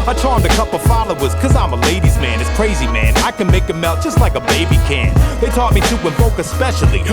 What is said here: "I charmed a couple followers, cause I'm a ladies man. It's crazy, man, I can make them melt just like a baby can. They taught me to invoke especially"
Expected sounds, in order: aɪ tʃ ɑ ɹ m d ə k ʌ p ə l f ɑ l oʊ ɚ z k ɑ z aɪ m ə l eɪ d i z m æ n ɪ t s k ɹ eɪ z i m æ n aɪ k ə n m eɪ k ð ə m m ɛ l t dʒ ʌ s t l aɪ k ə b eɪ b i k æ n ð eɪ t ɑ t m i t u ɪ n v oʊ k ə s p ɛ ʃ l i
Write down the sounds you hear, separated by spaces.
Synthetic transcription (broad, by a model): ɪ tʃ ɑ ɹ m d ə k ʌ p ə f ɑ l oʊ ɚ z k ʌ z aɪ m ə l eɪ d i z m æ n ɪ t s k ɹ eɪ z i m æ n aɪ k ə n m eɪ k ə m m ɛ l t dʒ ʌ s t l aɪ k ə b eɪ b i k æ n ð eɪ t ɑ t m i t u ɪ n b oʊ k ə s p ɛ ʃ l i